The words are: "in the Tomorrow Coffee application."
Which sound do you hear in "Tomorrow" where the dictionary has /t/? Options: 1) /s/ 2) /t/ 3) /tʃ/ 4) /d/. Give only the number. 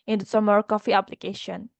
1